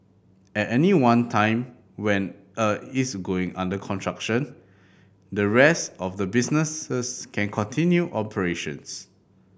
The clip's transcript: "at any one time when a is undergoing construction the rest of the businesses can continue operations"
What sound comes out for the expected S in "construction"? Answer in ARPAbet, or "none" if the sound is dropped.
none